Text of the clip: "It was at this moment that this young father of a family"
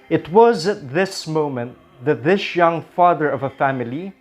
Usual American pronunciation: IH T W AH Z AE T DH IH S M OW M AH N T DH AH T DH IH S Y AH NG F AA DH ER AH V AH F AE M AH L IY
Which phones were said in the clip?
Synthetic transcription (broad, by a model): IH T W AH Z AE T DH IH S M OW M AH N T DH AH T DH IH S Y AH NG F AA DH ER AH V AH F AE M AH L IY